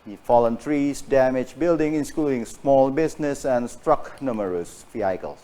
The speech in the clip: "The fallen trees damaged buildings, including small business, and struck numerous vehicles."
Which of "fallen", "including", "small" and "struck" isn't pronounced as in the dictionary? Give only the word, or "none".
none